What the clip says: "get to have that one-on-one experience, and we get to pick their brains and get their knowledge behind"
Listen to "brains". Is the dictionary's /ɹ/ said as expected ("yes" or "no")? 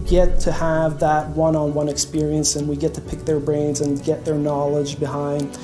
yes